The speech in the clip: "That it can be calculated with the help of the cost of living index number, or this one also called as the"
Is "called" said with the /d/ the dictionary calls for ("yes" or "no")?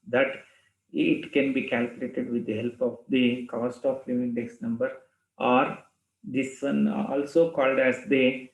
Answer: yes